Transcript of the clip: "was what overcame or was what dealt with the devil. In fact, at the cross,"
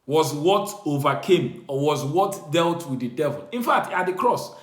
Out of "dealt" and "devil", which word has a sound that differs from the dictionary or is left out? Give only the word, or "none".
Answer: none